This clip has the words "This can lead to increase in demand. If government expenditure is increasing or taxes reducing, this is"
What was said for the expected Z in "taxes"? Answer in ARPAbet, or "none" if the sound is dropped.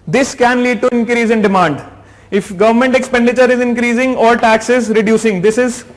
Z